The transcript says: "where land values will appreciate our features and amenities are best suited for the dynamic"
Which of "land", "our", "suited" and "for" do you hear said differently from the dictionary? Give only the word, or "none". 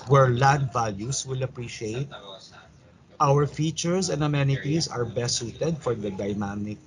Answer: land